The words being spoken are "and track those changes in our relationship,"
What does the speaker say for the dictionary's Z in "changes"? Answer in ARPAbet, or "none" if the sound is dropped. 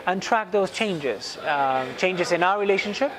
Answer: Z